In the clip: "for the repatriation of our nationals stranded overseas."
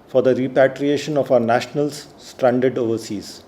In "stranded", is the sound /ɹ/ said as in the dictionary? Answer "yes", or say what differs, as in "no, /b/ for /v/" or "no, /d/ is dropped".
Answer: yes